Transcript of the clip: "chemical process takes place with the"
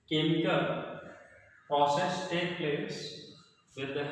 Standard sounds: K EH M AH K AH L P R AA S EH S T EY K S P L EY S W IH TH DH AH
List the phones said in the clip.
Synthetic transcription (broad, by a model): K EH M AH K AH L P R AA S EH S T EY K P L EY S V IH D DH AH